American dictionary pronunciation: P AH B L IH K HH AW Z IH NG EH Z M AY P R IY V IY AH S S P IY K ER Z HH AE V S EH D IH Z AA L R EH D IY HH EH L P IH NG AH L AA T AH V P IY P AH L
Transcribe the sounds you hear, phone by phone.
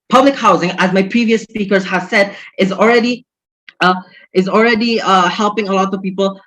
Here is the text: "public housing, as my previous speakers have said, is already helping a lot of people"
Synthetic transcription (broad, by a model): P AH B L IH K HH AW Z IH NG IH Z M AY P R IY V IY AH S S P IY K ER Z HH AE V S EH D IH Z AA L R EH D IY HH EH L P IH NG AH L AA T AH V P IY P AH L